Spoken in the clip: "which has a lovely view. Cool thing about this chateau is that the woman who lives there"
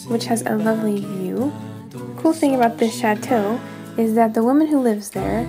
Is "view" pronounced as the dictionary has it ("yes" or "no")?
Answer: yes